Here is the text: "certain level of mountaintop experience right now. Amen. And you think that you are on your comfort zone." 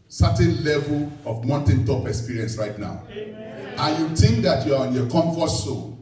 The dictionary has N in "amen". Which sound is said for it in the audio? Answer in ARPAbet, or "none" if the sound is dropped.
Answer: none